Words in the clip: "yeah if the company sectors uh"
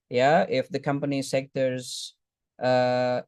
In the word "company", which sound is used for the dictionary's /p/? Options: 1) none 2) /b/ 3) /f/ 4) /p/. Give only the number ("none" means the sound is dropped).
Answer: 4